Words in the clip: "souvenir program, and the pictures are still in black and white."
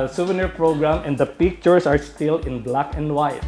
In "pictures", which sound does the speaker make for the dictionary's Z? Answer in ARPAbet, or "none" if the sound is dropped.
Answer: S